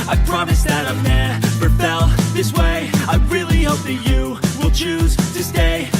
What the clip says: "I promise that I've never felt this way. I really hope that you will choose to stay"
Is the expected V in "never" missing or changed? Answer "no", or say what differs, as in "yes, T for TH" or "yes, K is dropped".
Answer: yes, P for V